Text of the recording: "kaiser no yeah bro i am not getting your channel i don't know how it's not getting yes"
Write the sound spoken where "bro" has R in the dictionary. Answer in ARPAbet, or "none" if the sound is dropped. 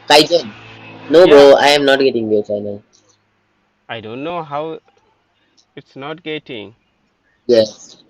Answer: none